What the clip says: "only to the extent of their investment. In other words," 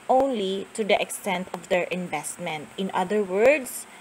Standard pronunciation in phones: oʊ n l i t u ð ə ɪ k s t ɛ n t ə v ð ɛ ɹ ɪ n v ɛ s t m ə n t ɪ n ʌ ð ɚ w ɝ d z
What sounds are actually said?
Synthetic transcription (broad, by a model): oʊ n l i t u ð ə ɪ k s t ɛ n t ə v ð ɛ ɹ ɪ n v ɛ s t m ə n t ɪ n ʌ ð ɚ w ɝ d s